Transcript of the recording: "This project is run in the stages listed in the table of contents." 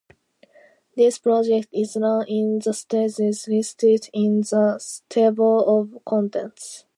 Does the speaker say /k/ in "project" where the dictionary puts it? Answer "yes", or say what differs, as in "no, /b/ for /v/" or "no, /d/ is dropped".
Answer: yes